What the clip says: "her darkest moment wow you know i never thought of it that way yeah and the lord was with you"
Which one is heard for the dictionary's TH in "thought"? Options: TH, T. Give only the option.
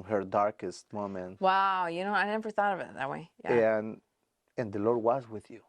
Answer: TH